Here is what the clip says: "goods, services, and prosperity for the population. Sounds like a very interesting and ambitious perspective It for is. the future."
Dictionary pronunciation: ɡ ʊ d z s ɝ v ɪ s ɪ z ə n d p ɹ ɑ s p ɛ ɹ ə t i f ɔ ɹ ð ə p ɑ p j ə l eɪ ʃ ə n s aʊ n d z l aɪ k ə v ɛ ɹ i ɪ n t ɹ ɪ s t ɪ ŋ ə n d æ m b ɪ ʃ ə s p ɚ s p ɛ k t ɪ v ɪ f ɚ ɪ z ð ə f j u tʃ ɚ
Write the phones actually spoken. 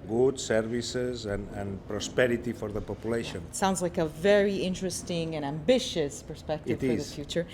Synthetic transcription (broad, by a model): ɡ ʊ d s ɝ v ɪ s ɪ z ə n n p ɹ ɑ s p ɛ ɹ ə t i f ɔ ɹ ð ə p ɑ p j ə l eɪ ʃ ə n s aʊ n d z l aɪ k ə v ɛ ɹ i ɪ n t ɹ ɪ s t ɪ ŋ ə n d æ m b ɪ ʃ ə s p ɚ s p ɛ k t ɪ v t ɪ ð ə f j u tʃ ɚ